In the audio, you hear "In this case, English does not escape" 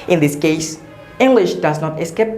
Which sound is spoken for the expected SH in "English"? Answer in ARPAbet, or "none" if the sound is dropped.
SH